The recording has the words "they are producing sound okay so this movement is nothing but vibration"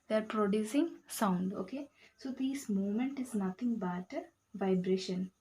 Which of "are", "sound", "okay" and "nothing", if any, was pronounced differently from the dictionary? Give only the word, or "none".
nothing